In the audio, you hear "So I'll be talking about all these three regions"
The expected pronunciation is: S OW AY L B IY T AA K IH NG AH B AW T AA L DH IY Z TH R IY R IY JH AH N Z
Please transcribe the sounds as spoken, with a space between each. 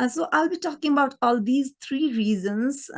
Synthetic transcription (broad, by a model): S OW AY L B IY T AA K IH NG AH B AW T AA L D IY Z T R IY R IY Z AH N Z